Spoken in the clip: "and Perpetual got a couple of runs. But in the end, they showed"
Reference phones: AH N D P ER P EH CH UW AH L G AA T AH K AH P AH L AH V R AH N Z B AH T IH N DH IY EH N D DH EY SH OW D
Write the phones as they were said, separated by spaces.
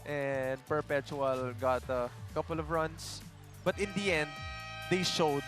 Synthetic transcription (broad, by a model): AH N D P ER P EH CH UW AH L G AA T AH K AH P AH L AH V R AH N S B AH T IH N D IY EH N D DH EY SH OW D